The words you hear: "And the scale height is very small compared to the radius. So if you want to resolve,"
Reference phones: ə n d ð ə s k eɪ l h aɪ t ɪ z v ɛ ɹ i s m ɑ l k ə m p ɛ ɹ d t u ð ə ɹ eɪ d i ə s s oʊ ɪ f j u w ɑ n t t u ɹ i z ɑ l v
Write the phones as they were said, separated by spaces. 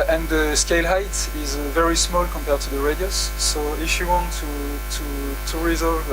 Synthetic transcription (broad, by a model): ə n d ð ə s k eɪ l h aɪ t ɪ z v ɛ ɹ i s m ɑ l k ə m p ɛ ɹ d t u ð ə ɹ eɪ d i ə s s oʊ ɪ f j u w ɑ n t t u ɹ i z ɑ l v